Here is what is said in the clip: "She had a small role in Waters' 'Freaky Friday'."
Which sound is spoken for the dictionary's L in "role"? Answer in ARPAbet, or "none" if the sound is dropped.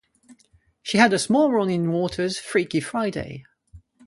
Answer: N